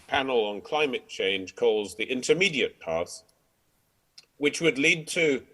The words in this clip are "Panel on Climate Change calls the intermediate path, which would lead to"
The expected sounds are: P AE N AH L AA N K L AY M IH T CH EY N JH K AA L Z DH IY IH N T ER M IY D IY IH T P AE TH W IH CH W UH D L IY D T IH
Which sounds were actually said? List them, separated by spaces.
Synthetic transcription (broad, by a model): P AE N L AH N K L AY M IH T CH EY N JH K AA L Z DH IY IH N T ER M IY D IY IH T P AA S W IH CH W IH D L IY D T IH